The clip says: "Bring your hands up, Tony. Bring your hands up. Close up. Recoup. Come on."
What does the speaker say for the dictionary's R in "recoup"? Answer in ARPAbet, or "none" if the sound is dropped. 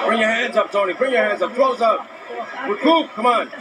W